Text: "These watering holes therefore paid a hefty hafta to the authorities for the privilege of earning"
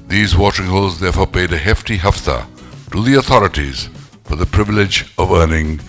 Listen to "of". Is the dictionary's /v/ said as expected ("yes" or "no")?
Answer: yes